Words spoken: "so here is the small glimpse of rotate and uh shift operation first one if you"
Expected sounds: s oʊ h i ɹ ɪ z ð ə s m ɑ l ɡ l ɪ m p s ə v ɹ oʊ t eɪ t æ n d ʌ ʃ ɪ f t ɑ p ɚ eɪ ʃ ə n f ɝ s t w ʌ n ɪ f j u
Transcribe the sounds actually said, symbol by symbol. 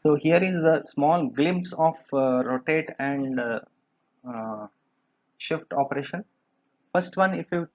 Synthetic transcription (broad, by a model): s oʊ h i ɹ ɪ z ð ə s m ɑ l ɡ l ɪ m p s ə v ɹ oʊ t eɪ t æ n d ʃ ɪ f t ɑ p ɚ eɪ ʃ ə n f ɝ s t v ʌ n ɪ f j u